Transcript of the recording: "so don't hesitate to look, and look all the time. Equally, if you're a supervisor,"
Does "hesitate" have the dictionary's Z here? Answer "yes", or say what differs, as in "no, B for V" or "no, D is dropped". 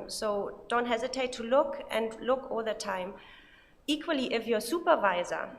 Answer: yes